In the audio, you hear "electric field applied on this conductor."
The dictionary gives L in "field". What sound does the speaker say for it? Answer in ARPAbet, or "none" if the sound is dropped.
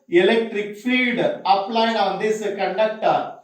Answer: none